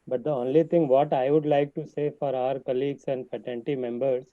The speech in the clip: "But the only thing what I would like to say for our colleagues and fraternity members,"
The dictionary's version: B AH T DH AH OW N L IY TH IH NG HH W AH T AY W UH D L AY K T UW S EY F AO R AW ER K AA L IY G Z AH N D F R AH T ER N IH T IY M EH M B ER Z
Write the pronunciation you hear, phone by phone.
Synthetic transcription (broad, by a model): B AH T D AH OW N L IY T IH NG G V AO T AY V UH D L AY K T UW S EY F AO R AW ER K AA L IY G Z AH N D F AH T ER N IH T IY M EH M B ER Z